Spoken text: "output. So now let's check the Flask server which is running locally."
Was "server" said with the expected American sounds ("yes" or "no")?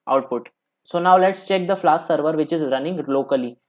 yes